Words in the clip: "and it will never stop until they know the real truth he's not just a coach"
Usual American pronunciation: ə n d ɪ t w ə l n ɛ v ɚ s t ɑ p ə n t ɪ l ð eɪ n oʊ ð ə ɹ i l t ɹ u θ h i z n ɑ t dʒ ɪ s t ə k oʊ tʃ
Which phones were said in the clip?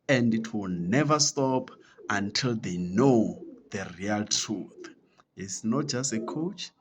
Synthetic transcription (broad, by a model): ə n d ɪ t w ə l n ɛ v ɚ s t ɑ p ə n t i l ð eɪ n oʊ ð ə ɹ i l t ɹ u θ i s n ɑ t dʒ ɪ s t ə k oʊ tʃ